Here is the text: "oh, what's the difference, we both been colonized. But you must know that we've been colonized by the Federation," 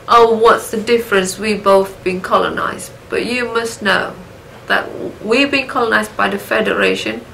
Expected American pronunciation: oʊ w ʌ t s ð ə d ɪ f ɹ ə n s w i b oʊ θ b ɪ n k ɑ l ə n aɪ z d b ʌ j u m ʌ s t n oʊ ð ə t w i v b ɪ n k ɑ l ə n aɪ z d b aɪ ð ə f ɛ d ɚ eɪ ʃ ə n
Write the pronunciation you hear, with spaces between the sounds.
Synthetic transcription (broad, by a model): oʊ w ʌ t s ð ə d ɪ f ɹ ə n s w i b oʊ θ b ɪ n k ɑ l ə n aɪ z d b ʌ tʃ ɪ m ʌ s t n oʊ ð ə t w i v b ɪ n k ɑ l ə n aɪ z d b aɪ ð ə f ɛ d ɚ eɪ ʃ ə n